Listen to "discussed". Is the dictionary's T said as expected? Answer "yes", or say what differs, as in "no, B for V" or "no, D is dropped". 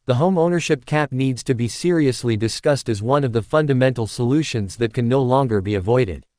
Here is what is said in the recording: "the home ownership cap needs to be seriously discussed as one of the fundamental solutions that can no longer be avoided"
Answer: yes